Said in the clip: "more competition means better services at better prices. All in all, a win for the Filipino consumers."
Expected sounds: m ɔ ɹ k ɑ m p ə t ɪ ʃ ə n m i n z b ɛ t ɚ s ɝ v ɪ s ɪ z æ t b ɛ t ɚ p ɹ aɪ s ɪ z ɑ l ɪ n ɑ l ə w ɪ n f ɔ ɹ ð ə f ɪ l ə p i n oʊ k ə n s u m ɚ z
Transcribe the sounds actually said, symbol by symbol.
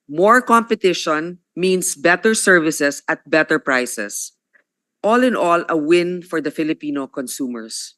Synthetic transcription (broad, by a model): m ɔ ɹ k ɑ m p ə t ɪ ʃ ə n m i n s b ɛ t ɚ s ɝ v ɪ s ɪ s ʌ t b ɛ t ɚ p ɹ aɪ s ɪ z ɑ l ɪ n ɑ l ə w ɪ n f ɔ ɹ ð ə f ɪ l ə p i n oʊ k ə n s u m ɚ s